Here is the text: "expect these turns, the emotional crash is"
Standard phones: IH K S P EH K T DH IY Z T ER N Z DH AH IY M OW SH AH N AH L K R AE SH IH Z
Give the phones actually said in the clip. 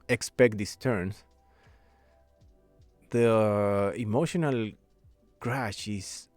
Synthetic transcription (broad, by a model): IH K S P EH K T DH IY S T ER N S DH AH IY M OW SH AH N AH L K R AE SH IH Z